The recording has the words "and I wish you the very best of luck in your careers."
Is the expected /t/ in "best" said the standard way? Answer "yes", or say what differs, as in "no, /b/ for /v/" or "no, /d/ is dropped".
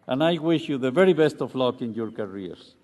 yes